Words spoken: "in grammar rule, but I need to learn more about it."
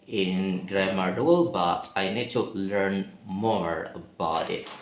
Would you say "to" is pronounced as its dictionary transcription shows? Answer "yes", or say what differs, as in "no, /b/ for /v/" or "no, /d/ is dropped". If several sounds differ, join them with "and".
yes